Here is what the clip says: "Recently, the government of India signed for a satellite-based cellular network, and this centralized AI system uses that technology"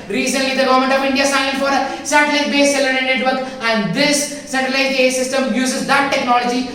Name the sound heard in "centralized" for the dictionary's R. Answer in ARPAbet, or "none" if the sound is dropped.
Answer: none